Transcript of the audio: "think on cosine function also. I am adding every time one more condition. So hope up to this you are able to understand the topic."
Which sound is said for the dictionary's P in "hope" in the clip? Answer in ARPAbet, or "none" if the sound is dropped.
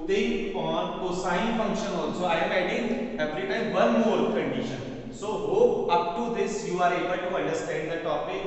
none